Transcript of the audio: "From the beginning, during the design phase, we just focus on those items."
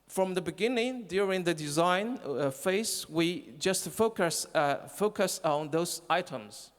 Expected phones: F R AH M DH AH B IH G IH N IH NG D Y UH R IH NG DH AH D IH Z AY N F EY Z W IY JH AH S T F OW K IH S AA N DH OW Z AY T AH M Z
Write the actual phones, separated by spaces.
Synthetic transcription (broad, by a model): F R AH M DH AH B IH G IH N IH NG D Y UH R IH NG DH AH D IH Z AY N F EY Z W IY JH AH S T F OW K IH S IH N DH OW Z AY T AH M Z